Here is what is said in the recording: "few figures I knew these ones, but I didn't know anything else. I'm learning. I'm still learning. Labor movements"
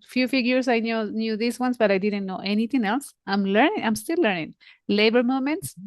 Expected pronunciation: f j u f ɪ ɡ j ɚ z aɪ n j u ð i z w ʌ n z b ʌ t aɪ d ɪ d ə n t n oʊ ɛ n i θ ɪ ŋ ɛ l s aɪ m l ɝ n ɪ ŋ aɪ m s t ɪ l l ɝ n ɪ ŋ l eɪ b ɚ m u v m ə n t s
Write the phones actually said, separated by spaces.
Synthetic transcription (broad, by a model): f j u f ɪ ɡ j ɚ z aɪ n j u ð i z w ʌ n s b ʌ t aɪ d ɪ d ə n t n oʊ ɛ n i t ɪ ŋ ɛ l s aɪ m l ɝ n ɪ ŋ aɪ m s t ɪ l l ɝ n ɪ ŋ l eɪ b ɚ m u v m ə n t s